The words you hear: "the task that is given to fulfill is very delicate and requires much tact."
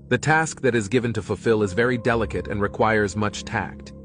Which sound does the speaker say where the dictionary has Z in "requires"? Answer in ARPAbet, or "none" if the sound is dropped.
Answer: Z